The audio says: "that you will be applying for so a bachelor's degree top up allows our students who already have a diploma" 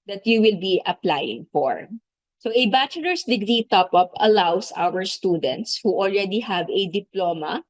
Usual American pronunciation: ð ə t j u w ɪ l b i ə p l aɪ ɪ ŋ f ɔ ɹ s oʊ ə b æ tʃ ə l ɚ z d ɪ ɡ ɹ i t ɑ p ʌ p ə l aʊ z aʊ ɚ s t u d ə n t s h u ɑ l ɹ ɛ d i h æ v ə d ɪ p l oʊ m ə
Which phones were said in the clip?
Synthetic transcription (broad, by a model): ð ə t j u w ɪ l b i ə p l aɪ ɪ ŋ f ɔ ɹ s oʊ ə b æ tʃ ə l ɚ s d ɪ ɡ ɹ i t ɑ p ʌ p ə l aʊ s aʊ ɚ s t u d ə n t s h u ɑ l ɹ ɛ d i h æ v ə d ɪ p l oʊ m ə